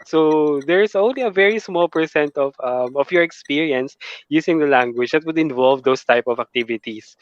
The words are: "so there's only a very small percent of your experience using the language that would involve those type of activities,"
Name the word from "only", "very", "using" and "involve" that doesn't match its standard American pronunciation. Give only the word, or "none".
using